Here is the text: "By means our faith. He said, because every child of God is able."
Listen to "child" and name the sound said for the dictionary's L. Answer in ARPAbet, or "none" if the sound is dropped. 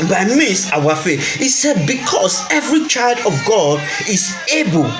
L